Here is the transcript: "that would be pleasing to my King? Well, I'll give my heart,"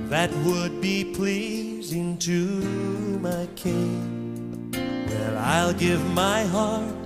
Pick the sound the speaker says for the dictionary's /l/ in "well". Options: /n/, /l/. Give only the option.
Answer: /n/